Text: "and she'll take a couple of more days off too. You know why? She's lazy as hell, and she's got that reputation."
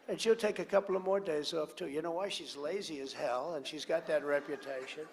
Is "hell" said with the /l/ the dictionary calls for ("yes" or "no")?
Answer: yes